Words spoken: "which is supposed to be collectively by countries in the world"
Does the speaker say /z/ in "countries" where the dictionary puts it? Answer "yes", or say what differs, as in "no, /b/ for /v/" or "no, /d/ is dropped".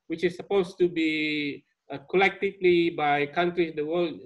no, /z/ is dropped